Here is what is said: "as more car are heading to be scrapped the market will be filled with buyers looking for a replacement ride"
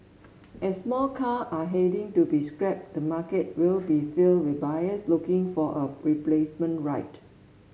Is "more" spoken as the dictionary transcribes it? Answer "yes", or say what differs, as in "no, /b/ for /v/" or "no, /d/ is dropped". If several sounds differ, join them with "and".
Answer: no, /l/ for /ɹ/